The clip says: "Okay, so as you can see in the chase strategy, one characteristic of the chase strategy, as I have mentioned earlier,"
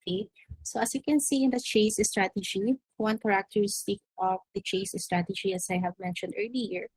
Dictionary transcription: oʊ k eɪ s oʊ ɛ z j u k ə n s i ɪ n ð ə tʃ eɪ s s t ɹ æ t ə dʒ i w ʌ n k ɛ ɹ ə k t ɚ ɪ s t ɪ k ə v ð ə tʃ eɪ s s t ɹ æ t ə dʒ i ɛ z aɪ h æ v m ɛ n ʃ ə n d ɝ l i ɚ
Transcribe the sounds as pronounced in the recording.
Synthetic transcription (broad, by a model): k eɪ s oʊ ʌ s j u k ə n s i ɪ n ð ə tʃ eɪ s s t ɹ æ t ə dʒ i w ʌ n k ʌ ɹ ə k t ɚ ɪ s t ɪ k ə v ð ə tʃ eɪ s s t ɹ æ t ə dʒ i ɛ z aɪ h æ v m ɛ n ʃ ə n d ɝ l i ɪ